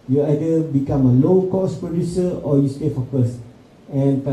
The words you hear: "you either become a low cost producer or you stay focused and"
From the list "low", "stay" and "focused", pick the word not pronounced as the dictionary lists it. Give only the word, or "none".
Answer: focused